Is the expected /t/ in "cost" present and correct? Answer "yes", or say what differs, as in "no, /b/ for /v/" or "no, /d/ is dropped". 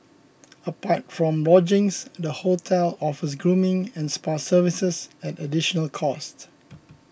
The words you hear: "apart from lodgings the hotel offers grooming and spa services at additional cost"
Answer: yes